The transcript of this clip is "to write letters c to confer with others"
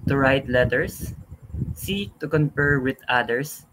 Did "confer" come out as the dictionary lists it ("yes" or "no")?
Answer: no